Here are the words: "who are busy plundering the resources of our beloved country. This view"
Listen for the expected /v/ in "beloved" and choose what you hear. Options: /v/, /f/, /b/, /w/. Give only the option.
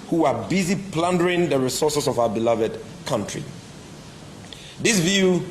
/v/